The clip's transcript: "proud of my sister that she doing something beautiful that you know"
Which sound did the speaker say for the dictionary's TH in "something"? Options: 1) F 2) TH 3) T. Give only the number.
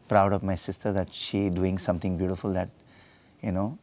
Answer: 3